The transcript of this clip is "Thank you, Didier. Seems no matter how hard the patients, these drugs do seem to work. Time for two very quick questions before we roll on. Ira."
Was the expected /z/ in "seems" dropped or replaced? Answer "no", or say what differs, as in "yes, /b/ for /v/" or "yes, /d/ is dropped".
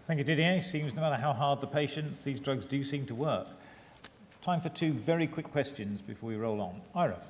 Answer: no